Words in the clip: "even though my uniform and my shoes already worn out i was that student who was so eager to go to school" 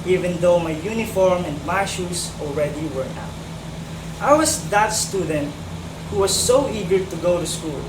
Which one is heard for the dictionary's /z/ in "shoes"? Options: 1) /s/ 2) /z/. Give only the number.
1